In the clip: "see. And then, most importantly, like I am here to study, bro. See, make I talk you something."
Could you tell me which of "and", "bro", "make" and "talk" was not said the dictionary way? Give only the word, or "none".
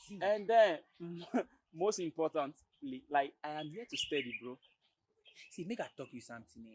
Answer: none